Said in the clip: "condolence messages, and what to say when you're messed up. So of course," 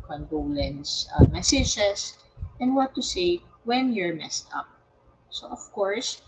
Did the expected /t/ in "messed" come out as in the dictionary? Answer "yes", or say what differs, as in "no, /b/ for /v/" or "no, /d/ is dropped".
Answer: yes